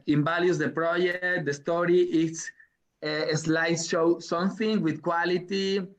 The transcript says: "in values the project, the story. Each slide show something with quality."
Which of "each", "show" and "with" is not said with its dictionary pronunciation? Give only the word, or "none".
each